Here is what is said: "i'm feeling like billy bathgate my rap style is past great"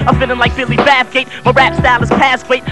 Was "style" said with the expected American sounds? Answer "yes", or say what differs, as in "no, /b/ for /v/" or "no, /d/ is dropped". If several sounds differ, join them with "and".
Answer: no, /n/ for /l/